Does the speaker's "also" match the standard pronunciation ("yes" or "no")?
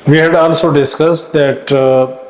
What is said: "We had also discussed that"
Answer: no